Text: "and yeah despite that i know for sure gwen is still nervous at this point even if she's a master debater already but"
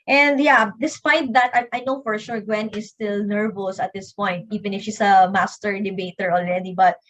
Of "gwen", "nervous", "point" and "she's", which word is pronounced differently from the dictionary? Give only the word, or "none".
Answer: she's